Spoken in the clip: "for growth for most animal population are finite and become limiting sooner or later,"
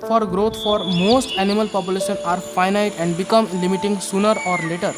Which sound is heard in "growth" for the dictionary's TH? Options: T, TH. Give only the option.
T